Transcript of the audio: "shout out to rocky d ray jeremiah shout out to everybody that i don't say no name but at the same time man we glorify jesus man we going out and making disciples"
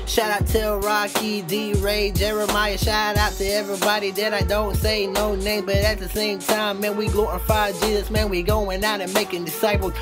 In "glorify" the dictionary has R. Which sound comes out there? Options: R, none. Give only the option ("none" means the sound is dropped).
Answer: none